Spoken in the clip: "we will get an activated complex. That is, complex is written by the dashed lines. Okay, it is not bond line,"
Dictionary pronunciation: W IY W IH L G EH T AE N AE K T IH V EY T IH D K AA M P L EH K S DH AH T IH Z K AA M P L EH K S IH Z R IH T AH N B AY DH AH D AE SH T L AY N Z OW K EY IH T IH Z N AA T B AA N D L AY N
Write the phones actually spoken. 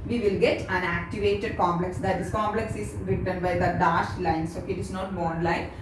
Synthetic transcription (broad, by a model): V IY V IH L G EH T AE N AE K T IH V EY T IH D K AA M P L EH K S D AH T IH S K AA M P L EH K S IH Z R IH T AH N B AY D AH D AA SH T L AY N S OW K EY IH T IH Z N AA T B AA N L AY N